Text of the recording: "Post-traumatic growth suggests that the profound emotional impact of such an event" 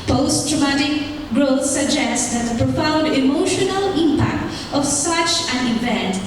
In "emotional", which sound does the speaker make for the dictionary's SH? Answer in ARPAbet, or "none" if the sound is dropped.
SH